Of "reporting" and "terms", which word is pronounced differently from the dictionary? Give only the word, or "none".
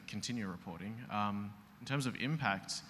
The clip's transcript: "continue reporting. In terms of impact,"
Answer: none